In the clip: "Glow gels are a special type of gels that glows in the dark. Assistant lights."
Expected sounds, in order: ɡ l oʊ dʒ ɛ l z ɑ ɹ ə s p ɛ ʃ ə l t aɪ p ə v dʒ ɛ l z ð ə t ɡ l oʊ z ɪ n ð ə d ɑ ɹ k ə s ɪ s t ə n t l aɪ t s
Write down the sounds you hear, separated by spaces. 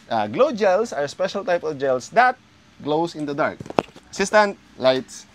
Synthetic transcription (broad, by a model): ɡ l oʊ dʒ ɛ l s ɑ ɹ s p ɛ ʃ ə l t aɪ p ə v dʒ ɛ l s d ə t ɡ l oʊ s ɪ n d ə d ɑ ɹ k ə s ɪ s t ə n t l aɪ t s